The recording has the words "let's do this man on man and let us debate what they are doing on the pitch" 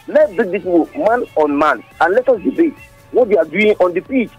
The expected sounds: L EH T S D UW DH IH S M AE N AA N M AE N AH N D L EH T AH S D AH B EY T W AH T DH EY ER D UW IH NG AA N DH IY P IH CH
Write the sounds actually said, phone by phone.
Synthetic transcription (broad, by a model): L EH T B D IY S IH M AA N AA N M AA N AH N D L EH T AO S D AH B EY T W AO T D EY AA D UW IH NG AA N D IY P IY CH